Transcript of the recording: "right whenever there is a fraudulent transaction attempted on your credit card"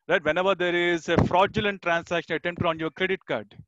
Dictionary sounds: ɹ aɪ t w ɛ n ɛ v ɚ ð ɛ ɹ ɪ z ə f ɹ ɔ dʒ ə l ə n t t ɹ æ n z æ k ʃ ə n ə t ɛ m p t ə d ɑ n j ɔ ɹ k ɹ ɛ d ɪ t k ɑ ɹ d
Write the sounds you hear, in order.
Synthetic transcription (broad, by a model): ɹ aɪ t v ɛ n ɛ v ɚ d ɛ ɹ ɪ z ə f ɹ ɔ dʒ ə l ə n t t ɹ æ n s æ k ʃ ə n ə t ɛ m p t ə d ɑ n j ɔ ɹ k ɹ ɛ d ɪ t k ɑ ɹ d